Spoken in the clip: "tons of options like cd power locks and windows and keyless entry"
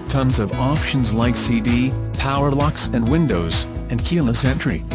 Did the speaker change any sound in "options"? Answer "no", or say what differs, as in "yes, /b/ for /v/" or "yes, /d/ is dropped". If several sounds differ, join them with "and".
no